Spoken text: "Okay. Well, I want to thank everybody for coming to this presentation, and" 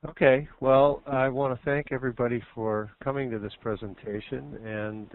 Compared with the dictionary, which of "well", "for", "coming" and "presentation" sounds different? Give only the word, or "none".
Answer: none